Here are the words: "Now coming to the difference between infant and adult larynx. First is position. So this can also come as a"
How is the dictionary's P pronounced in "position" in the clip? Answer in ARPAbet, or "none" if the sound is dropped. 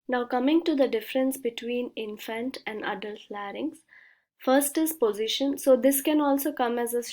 P